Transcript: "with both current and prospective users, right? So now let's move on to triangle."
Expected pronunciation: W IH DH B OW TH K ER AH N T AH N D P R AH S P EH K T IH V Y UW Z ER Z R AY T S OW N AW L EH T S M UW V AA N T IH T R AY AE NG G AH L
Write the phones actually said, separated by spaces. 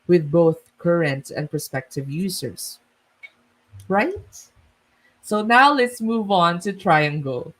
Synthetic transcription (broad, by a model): W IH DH B OW TH K ER AH N T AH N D P R S P EH K T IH V Y UW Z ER S R AY T S OW N AW L EH T S M UW V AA N T IH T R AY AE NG G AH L